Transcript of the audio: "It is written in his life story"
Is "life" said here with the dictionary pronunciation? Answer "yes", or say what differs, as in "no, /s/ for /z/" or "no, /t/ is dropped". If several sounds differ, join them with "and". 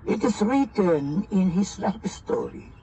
no, /p/ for /f/